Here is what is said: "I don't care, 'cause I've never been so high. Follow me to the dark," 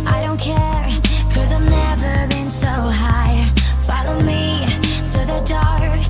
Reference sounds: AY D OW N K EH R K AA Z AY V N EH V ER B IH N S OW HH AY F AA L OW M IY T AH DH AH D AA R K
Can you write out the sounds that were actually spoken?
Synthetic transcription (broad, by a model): AY D OW N K EH R K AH Z AY V N EH V ER B IH N S OW HH AY F AA L OW M IY S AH DH AH D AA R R